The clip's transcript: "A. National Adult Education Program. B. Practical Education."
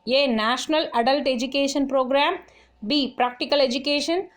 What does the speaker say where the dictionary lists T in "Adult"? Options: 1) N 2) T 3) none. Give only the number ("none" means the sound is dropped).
2